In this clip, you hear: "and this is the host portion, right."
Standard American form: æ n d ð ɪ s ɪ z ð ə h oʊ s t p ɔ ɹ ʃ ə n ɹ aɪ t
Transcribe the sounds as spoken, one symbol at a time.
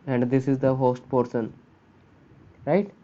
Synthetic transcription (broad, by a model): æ n d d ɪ s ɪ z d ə h oʊ s t p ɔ ɹ s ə n ɹ aɪ t